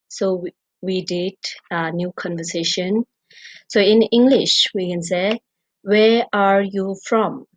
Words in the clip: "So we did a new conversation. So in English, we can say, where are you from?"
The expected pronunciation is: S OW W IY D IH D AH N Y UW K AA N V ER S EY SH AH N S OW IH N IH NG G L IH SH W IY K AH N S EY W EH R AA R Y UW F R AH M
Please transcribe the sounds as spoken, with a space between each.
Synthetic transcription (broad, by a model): S OW W IY D IH D AH N Y UW K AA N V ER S EY SH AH N S OW IH N IH NG G L IH SH W IY K AH N S EY W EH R AA R Y UW F R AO M